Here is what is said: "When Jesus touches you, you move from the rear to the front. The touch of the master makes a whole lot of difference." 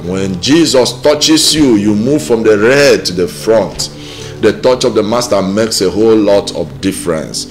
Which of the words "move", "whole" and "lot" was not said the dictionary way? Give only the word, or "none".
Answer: none